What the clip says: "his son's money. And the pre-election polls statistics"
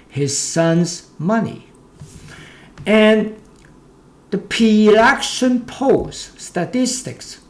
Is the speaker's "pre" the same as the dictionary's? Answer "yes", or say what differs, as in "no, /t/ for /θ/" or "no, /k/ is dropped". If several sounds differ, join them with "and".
no, /ɹ/ is dropped